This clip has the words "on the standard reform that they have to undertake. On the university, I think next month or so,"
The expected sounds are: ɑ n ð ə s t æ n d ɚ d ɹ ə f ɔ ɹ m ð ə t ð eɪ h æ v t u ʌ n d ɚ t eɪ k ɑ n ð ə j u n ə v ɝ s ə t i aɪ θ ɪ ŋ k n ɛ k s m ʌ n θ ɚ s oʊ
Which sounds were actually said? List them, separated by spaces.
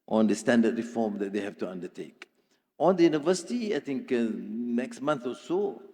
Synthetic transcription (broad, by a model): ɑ n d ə s t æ n d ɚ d ɹ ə f ɔ m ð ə t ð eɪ h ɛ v t u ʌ n d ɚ t eɪ k ɑ n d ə j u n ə v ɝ s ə t i aɪ t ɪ ŋ k n ɛ k s m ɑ n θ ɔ s oʊ